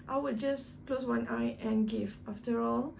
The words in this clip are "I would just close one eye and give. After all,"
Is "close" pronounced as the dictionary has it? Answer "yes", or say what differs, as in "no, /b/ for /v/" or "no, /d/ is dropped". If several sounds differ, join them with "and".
yes